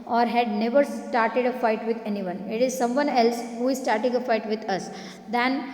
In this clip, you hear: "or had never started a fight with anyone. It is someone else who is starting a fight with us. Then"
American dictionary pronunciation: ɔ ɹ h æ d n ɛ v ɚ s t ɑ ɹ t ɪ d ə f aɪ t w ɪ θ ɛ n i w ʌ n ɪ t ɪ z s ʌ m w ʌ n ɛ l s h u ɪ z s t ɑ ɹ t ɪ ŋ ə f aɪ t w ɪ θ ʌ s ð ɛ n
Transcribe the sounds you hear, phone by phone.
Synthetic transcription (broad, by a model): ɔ ɹ h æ d n ɛ v ɚ s t ɑ ɹ t ɪ d ə f aɪ t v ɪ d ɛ n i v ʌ n ɪ t ɪ z s ʌ m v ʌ n ɛ l s h u ɪ z s t ɑ ɹ t ɪ ŋ ə f aɪ t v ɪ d ʌ s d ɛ n